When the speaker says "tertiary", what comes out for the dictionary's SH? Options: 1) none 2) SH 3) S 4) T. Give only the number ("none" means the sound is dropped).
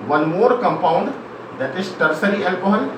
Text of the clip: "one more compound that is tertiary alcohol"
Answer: 3